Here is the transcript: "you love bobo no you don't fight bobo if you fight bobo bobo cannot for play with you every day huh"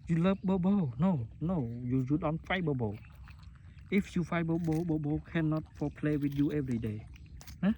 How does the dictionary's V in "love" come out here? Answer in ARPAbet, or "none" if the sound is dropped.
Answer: P